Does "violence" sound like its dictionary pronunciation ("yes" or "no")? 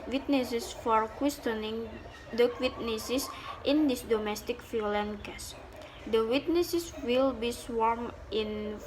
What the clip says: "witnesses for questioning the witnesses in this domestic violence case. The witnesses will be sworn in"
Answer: no